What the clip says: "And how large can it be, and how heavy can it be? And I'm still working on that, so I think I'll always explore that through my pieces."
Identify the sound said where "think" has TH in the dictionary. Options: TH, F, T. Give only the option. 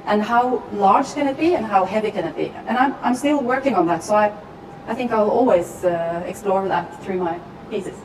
TH